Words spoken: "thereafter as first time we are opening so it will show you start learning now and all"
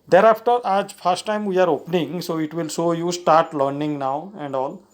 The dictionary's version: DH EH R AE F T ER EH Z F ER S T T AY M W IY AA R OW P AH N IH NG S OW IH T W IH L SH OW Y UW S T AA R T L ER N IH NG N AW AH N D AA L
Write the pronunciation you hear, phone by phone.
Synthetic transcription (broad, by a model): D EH R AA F T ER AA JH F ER S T T AY M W IY AA R OW P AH N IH NG S OW IH T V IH L S OW Y UW S T AA R T L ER N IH NG N AW AH N D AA L